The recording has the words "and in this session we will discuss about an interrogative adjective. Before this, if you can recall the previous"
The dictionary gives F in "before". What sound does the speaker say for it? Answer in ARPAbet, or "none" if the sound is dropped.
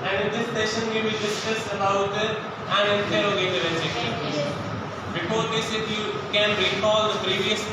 P